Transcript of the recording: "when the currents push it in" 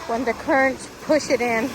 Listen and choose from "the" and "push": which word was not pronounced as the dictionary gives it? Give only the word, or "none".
none